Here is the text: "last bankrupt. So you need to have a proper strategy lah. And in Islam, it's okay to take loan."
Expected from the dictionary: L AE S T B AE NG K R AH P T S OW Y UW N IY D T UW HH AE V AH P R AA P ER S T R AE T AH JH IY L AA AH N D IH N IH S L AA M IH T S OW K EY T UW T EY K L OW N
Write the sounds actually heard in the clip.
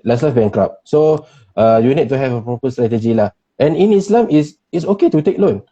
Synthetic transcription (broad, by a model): L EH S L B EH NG K R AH P S OW Y UW N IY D T UW HH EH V AH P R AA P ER S T R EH T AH JH IY L AA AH N IH N IH S L AA M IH S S OW K EY T UW T EY K L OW N